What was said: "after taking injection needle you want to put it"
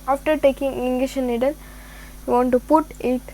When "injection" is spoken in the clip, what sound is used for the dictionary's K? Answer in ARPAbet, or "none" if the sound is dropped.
none